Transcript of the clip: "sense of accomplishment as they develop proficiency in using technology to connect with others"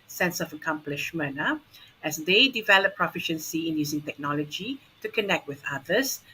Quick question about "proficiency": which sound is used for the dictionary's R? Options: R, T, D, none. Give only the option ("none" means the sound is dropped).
R